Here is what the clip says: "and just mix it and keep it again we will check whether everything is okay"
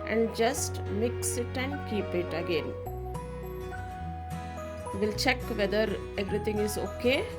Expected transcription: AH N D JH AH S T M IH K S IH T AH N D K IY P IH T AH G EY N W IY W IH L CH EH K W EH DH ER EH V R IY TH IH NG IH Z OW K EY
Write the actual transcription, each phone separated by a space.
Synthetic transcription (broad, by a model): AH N D JH AH S T M IH K S IH T AH N D K IY P IH T AH G EY N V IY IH L CH EH K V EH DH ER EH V R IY T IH NG IH Z OW K EY